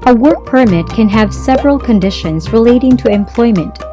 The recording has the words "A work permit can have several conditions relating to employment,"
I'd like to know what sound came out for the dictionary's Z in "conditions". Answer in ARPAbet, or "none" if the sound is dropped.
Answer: Z